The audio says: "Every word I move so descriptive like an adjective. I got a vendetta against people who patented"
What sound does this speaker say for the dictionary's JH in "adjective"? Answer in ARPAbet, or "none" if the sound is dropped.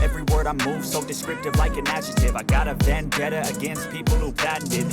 CH